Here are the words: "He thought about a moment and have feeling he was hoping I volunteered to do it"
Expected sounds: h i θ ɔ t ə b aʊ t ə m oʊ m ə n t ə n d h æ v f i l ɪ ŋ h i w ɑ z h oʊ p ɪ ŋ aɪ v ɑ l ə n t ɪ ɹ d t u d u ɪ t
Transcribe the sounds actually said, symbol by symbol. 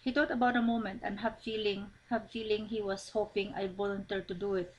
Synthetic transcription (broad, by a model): h i t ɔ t ə b aʊ t ə m oʊ m ə n t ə n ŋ h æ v f i l ɪ ŋ h i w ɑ s h oʊ p ɪ ŋ aɪ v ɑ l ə n t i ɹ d t u d u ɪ t